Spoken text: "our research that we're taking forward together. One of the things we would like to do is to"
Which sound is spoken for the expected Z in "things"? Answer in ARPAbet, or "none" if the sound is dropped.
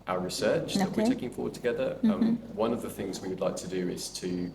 Z